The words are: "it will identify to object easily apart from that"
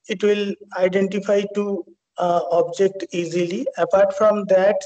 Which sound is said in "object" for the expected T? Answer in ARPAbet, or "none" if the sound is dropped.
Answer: T